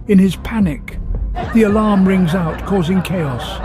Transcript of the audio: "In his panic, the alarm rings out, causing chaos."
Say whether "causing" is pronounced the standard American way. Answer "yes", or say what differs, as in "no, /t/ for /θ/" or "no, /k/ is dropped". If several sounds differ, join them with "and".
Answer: yes